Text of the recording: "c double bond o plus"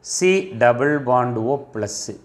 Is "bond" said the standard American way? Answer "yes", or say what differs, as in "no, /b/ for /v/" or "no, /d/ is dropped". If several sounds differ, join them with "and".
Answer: yes